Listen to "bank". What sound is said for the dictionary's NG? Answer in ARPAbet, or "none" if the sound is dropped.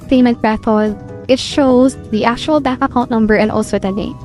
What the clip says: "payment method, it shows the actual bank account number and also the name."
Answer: none